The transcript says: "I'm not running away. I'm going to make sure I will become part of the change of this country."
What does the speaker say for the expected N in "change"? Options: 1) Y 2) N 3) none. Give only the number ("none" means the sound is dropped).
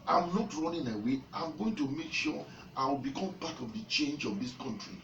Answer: 2